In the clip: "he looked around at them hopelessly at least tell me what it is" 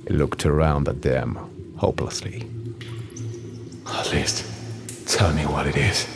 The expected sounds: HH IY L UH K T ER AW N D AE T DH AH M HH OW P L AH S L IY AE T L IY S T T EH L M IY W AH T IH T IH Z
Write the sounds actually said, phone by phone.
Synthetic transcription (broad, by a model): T L UH K T ER AW N D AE T DH AH M HH OW P L AH S L IY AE T L IY S T T EH L M IY W AH T IH T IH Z